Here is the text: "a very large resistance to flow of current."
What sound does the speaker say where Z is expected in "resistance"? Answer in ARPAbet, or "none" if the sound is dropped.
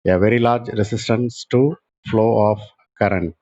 S